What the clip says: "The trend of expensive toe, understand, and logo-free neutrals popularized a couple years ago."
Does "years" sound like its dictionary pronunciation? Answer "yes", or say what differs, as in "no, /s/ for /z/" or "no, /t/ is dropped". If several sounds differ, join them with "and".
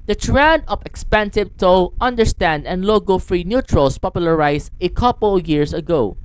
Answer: no, /s/ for /z/